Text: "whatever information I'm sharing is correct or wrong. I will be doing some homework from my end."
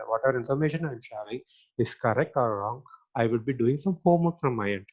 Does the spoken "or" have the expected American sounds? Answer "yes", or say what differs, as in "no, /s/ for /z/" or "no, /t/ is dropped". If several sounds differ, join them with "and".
no, /l/ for /ɹ/